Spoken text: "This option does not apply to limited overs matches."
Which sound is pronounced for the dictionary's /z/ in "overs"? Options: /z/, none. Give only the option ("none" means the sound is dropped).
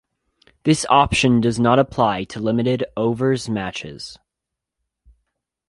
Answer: /z/